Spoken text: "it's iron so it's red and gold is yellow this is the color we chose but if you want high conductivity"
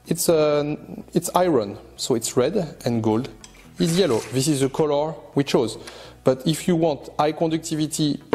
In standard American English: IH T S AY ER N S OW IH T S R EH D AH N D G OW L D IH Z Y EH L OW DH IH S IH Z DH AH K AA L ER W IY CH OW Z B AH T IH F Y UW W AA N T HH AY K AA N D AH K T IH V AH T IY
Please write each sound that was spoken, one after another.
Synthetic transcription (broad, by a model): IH T S AY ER N S OW IH T S R EH D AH N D G OW L D IH Z Y EH L OW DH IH S IH Z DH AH K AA L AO W IY CH OW Z B AH T IH F Y UW W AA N T AY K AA D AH K T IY V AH T IY